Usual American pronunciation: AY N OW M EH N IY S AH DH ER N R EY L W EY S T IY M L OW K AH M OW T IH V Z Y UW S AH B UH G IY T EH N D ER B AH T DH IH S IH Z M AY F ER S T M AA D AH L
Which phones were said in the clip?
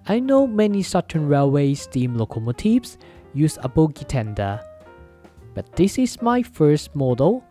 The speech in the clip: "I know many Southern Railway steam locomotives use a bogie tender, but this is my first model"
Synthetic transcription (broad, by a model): AY N OW M EH N IY S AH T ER N R EY L W EY S T IY M L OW K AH M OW T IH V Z Y UW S AH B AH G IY T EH N D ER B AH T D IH S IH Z M AY F ER S T M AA D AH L